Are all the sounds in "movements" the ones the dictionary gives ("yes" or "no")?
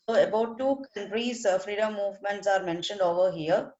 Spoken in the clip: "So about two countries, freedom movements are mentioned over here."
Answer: yes